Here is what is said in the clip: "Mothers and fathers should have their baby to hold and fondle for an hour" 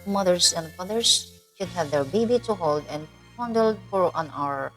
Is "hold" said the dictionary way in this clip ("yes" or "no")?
yes